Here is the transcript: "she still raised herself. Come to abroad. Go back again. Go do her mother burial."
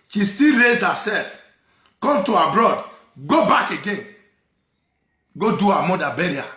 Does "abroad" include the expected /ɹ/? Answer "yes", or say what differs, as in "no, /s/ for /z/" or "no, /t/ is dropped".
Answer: yes